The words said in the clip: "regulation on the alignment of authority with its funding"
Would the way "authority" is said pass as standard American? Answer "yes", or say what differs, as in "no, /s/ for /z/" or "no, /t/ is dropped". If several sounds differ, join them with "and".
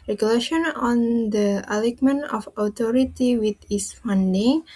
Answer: no, /t/ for /θ/